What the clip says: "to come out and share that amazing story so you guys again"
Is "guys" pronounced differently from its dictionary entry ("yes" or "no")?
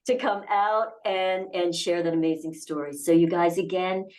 no